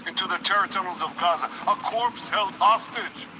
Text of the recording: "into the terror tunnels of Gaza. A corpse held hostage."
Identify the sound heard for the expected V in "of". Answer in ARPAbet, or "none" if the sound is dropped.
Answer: V